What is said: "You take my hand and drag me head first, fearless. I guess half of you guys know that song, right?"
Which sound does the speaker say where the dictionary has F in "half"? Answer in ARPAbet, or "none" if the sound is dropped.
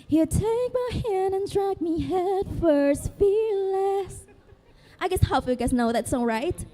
none